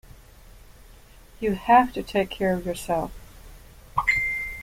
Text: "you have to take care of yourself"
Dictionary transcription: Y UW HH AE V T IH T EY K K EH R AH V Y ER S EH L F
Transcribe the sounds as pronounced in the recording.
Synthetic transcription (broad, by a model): Y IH HH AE F T IH T EY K K EH R AH V Y ER S EH L F